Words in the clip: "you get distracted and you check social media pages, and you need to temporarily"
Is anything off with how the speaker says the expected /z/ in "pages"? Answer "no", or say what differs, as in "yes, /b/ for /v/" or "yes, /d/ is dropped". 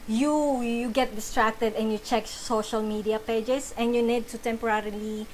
yes, /s/ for /z/